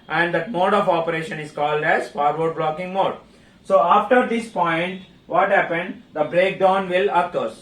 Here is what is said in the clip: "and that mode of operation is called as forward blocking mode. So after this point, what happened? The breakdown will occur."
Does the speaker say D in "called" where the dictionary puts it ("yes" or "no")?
yes